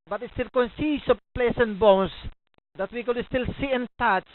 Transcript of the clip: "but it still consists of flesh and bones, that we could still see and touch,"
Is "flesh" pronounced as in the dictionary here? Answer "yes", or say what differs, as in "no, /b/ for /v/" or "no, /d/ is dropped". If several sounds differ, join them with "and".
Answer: no, /p/ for /f/ and /s/ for /ʃ/